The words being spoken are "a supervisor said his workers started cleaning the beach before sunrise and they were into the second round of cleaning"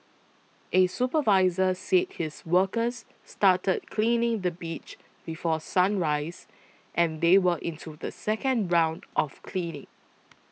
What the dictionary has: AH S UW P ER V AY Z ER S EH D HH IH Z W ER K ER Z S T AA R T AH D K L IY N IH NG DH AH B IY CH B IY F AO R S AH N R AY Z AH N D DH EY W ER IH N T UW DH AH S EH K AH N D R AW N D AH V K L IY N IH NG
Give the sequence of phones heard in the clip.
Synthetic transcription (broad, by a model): AH S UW P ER V AY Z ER S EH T HH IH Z W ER K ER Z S T AA T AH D K L IY N IH NG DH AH B IY CH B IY F AO S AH N R AY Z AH N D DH EY W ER IH N T UW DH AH S EH K AH N D R AW N D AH F K L IY N IH NG